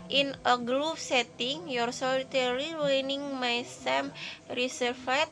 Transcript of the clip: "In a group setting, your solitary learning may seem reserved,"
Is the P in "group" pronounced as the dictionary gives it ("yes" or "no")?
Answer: no